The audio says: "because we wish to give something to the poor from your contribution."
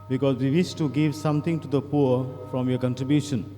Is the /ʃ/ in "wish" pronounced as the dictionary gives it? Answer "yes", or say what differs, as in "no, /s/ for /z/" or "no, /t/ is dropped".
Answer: no, /s/ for /ʃ/